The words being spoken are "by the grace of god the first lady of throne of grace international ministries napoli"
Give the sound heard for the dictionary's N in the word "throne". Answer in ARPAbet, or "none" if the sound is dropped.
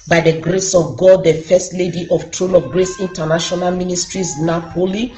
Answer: L